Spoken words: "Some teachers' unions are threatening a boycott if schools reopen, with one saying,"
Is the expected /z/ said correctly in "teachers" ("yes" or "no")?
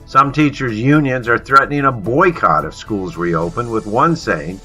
yes